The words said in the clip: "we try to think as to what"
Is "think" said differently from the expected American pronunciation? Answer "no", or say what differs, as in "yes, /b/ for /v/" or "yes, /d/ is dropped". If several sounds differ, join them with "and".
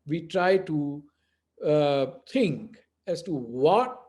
yes, /t/ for /θ/